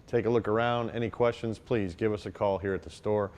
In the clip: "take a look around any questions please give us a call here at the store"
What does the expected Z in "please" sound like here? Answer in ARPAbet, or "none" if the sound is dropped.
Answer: Z